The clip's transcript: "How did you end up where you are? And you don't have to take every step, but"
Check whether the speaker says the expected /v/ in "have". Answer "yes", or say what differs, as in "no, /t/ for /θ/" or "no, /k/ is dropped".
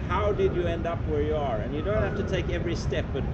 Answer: no, /f/ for /v/